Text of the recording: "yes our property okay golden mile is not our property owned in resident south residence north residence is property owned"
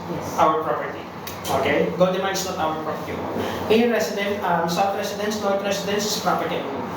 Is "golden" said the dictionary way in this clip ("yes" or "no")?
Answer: no